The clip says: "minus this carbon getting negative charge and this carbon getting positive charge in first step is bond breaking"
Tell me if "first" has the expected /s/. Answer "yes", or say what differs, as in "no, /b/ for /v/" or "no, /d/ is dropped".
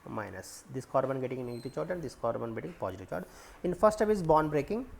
no, /s/ is dropped